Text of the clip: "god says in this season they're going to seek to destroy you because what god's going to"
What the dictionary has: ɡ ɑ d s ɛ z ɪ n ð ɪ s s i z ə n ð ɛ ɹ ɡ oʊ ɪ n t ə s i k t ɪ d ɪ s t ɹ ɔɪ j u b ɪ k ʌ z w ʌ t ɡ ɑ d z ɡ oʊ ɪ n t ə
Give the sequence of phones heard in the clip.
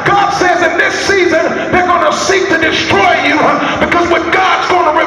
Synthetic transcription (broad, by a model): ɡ ɑ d s ɛ z ɪ n ð ɪ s s i z ə n ð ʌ ɹ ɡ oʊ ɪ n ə s i k t ɪ d ɪ s t ɹ ɔɪ j u b ɪ k ʌ z w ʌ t ɡ ɑ d z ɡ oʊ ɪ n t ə